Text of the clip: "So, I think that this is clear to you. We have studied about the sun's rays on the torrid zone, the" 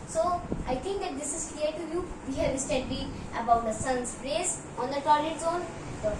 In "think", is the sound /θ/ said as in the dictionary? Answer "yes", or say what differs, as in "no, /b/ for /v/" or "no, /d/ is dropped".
no, /t/ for /θ/